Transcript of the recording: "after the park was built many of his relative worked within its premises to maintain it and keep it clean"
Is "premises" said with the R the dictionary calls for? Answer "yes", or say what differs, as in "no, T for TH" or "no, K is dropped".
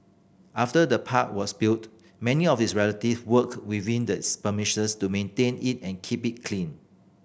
no, R is dropped